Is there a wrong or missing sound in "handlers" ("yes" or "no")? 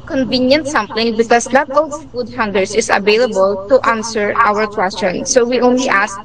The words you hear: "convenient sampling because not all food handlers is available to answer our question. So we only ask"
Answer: yes